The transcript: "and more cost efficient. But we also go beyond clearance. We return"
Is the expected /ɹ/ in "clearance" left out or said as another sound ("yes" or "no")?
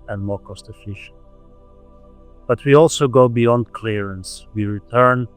no